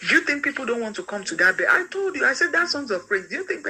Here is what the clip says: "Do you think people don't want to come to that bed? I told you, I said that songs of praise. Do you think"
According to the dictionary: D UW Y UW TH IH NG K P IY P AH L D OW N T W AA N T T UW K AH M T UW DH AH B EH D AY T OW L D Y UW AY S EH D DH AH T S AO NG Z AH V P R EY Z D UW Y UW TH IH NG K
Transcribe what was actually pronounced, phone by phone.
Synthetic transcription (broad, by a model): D Y UW TH IH NG K P IY P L D OW N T W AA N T T UW K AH M T UW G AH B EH AY T OW L D Y UW AY S EH D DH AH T S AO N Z AH V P R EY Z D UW Y UW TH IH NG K